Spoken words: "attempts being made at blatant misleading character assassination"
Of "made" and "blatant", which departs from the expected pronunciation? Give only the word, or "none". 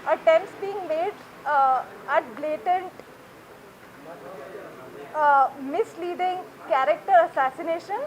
none